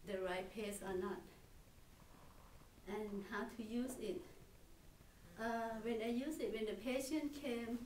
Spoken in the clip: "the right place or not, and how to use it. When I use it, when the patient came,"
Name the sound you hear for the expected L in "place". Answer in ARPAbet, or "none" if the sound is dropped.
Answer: none